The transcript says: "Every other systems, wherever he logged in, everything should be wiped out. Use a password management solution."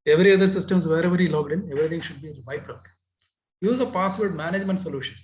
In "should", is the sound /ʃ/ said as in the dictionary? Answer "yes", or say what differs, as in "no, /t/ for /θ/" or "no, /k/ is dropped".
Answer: yes